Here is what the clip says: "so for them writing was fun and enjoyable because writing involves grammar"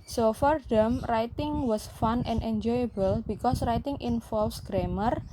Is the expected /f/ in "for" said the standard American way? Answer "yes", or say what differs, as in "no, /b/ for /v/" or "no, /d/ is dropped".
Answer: yes